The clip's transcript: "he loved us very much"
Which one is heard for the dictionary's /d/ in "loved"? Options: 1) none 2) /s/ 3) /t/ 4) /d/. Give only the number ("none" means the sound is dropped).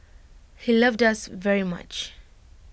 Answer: 4